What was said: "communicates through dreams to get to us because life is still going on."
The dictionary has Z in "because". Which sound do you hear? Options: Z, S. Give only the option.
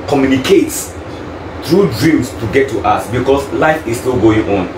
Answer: S